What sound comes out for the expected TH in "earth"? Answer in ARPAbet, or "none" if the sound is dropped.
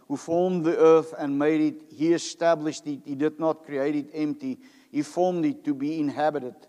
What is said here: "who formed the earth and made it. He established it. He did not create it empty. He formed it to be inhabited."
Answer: TH